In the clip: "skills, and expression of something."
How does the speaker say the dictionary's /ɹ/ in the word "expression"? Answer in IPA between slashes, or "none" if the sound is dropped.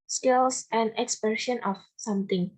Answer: none